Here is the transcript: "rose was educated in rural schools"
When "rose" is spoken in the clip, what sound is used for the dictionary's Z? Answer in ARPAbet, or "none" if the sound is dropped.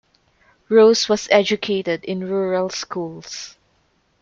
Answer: S